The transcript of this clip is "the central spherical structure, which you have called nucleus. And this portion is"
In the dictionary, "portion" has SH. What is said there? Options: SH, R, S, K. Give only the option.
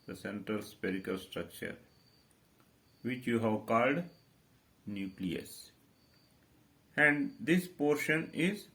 SH